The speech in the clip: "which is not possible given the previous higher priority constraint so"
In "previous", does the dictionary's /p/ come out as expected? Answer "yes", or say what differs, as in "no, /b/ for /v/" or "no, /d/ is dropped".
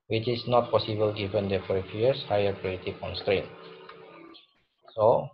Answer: no, /f/ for /p/